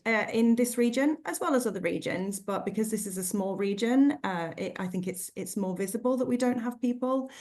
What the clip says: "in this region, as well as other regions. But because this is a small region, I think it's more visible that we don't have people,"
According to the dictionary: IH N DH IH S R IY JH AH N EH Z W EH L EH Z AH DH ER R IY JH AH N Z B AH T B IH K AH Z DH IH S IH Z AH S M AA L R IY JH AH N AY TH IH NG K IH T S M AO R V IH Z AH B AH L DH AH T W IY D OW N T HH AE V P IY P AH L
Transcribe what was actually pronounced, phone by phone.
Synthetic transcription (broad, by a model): IH N DH IH S R IY JH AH N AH Z W EH L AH Z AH DH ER R IY JH AH N Z B AH T B IH K AH Z DH IH S IH Z AH S M AA L R IY JH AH N AY TH IH NG K IH T S M AO V IH Z AH B AH L DH AH T W IY D OW N T HH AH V P IY P AH L